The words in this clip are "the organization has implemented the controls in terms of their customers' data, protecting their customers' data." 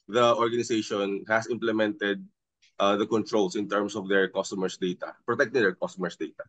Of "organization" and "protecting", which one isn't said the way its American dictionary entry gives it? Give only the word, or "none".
organization